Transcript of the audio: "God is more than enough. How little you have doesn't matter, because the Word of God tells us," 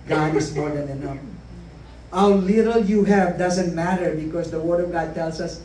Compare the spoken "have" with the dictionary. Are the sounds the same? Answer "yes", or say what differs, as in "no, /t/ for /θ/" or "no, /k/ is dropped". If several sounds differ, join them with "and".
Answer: yes